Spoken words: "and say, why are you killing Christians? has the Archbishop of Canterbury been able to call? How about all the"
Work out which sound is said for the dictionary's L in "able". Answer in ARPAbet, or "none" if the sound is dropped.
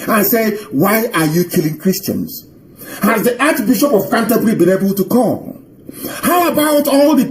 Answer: L